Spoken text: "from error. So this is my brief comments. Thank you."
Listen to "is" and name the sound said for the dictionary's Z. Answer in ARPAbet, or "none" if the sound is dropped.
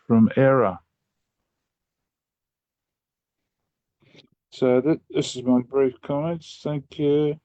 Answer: Z